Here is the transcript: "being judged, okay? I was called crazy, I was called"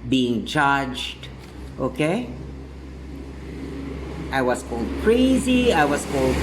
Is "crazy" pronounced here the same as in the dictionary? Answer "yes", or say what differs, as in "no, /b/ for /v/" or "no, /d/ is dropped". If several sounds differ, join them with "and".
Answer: yes